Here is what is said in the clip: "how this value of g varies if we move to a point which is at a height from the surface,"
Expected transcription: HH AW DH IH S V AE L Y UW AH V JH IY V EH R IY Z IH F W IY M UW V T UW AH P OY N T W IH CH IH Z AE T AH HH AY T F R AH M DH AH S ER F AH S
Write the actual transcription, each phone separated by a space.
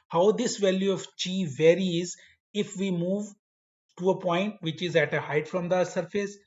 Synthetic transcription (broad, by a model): HH AW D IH S V AE L Y UW AH V CH IY V EH R IY Z IH F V IY M UW V T UW AH P OY N T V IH CH IH Z AE T AH HH AY T F R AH M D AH S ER F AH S